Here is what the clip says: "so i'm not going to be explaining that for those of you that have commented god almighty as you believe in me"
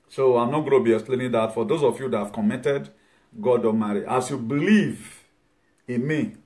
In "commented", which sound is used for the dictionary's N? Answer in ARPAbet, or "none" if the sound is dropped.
none